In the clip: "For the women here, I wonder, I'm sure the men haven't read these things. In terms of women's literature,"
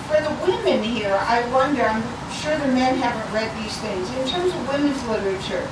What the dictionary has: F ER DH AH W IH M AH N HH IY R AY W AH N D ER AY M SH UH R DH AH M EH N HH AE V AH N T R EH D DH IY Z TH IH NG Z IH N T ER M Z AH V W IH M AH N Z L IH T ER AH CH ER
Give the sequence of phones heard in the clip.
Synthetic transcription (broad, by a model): F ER DH AH W IH M AH N HH IY R AY W AH N D ER AY M SH UH R DH AH M EH N HH AE V AH N T R EH D DH IY Z TH IH NG Z IH N T ER M Z AH V W IH M AH N Z L IH T ER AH CH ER